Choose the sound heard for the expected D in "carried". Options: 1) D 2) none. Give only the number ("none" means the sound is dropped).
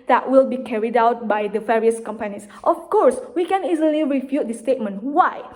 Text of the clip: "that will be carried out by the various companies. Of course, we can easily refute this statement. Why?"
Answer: 1